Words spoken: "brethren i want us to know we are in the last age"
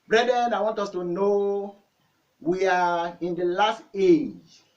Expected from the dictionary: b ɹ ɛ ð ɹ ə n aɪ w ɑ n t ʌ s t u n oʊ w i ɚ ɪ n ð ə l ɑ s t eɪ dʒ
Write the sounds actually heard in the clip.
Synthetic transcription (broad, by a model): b ɹ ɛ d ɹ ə n aɪ w ɑ n t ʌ s t u n oʊ w i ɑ ɪ n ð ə l ɑ s t eɪ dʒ